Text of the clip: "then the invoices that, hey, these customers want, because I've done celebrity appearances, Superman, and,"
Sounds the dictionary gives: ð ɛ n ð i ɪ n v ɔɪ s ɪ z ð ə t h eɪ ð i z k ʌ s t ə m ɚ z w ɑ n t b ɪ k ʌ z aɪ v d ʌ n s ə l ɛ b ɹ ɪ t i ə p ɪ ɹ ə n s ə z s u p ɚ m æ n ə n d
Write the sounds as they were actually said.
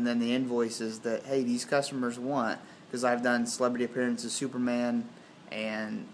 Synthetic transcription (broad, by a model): ð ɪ n ð i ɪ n v ɔɪ s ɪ z ð ə t h eɪ ð i z k ʌ s t ə m ɚ z w ɑ n t k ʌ z aɪ v d ʌ n s ə l ɛ b ɹ ɪ t i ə p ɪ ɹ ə n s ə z s u p ɚ m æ n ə n